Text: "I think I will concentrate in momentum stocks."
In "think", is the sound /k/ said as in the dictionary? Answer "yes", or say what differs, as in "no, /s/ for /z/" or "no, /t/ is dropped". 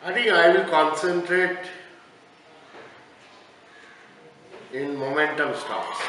no, /k/ is dropped